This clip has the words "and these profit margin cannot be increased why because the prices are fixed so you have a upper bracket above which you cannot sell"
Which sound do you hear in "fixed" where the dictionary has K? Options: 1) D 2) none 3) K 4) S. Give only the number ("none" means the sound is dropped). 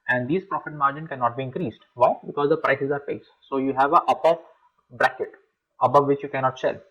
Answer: 2